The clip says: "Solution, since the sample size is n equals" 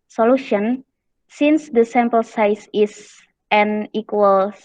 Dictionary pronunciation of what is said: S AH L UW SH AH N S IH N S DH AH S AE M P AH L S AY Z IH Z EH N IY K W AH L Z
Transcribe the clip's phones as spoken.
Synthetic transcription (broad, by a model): S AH L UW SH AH N S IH N S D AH S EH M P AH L S AY S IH S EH N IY K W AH L